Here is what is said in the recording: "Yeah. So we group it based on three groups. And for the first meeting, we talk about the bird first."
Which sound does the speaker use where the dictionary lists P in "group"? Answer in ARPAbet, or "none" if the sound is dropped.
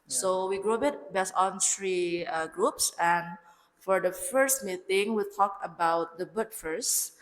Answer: B